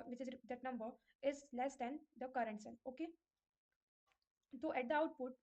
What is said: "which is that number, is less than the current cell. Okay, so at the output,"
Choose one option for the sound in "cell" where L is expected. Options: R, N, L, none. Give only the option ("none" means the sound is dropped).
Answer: N